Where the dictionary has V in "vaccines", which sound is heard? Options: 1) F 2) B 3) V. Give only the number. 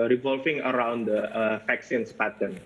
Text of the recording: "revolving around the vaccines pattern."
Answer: 1